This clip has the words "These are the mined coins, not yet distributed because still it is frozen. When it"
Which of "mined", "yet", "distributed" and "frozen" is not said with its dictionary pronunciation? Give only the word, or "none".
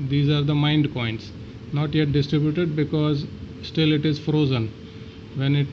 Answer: none